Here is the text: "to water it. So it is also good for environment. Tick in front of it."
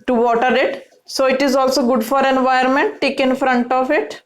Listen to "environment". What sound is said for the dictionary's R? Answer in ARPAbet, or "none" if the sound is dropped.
none